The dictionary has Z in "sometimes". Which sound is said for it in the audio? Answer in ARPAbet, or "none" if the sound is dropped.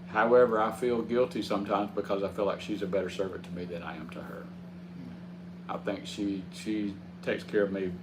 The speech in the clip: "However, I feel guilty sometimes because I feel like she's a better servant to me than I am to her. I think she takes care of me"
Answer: Z